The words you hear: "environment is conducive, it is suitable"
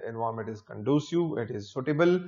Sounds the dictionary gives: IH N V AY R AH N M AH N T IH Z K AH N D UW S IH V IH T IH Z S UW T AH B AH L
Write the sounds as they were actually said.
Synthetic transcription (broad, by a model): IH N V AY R M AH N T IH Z K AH N D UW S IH IH T IH Z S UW T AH B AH L